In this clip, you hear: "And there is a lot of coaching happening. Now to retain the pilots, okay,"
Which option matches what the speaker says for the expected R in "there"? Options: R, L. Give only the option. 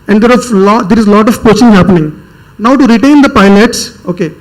L